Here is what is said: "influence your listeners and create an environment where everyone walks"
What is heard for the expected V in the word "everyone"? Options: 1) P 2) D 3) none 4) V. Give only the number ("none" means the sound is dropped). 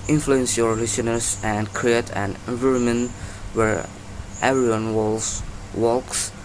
3